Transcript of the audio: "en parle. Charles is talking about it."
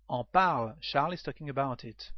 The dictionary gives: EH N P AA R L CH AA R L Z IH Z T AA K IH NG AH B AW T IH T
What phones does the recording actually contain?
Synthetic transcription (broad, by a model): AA P AA R L SH AA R L IH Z T AA K IH NG AH B AW T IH T